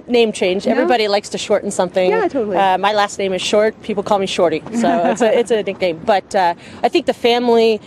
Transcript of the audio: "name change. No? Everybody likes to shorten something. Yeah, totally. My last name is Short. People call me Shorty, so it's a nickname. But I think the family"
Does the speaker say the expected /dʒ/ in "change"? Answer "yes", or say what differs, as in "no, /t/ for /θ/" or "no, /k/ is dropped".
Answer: yes